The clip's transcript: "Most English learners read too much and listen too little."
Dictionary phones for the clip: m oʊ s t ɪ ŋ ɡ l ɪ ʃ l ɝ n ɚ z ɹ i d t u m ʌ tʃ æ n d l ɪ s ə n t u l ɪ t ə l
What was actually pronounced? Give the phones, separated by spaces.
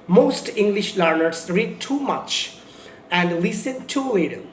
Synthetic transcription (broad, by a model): m oʊ s t ɪ ŋ ɡ l ɪ ʃ l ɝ n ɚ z ɹ i d t u m ʌ tʃ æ n d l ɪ s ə n t u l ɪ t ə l